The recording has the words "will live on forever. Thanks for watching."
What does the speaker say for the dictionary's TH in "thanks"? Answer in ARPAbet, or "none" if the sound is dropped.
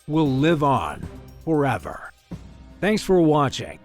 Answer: TH